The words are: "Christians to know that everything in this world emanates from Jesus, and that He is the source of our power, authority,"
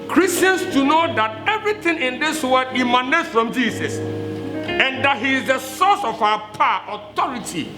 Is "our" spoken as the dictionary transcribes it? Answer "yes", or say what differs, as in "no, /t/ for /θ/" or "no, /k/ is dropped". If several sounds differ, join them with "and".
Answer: no, /w/ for /ɹ/